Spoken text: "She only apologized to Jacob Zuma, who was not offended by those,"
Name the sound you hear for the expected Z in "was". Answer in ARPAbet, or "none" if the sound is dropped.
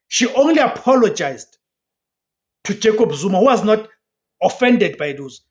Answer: Z